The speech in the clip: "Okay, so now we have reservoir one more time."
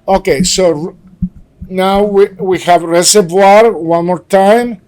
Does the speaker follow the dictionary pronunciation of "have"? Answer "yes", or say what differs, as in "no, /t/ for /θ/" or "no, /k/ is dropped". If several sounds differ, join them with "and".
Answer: yes